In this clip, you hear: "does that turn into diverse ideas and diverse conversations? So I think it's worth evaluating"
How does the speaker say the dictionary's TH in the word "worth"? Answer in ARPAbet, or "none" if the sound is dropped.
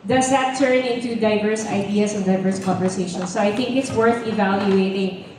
TH